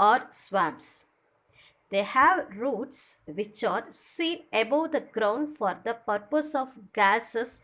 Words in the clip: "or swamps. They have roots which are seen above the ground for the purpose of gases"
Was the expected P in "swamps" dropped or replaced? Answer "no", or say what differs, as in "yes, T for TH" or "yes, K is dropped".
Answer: yes, P is dropped